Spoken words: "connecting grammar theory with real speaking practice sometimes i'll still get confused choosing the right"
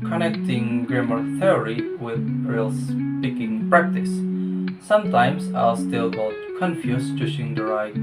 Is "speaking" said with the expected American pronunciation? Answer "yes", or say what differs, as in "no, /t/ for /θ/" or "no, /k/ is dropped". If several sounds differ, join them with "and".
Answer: yes